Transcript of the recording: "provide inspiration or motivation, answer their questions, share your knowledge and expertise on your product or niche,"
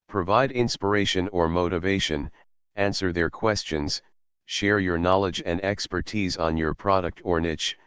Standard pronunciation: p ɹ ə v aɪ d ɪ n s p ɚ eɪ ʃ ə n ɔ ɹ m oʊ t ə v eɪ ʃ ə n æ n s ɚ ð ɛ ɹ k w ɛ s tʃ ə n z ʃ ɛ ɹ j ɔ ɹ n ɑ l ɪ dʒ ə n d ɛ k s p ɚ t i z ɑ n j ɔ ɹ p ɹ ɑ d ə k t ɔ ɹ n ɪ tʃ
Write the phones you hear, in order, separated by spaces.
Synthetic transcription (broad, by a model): p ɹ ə v aɪ d ɪ n s p ɚ eɪ ʃ ə n ɔ ɹ m oʊ t ə v eɪ ʃ ə n æ n s ɚ ð ɛ ɹ k w ɛ s tʃ ə n z ʃ ɛ ɹ j ɔ ɹ n ɑ l ɪ dʒ ə n d ɛ k s p ɚ t i z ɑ n j ɔ ɹ p ɹ ɑ d ə k t ɔ ɹ n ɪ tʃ